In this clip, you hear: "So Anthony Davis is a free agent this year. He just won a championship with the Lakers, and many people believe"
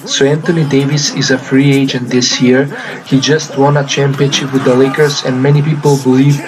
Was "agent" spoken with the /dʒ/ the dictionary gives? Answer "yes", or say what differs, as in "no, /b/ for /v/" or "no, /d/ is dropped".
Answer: yes